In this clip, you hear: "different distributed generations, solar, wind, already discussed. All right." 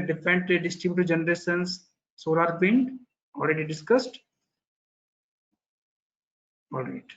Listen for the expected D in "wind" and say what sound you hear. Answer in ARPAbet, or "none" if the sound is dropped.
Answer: none